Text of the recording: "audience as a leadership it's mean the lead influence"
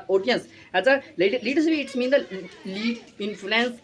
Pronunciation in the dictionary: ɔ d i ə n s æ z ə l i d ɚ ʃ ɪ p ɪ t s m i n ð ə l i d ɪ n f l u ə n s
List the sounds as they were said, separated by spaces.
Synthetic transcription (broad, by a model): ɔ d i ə n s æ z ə l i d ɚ s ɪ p ɪ t s m i n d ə l i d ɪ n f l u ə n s